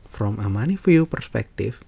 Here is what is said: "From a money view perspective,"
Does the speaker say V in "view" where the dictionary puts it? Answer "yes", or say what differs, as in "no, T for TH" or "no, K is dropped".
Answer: no, F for V